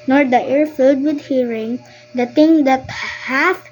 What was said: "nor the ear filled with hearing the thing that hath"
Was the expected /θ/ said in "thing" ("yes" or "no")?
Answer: no